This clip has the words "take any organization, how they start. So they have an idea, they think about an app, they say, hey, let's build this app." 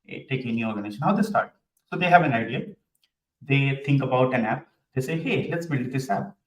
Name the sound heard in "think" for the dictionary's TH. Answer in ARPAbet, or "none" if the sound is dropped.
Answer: T